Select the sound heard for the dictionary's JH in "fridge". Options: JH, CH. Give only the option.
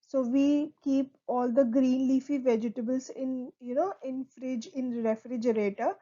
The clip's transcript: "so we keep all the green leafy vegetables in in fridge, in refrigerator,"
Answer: JH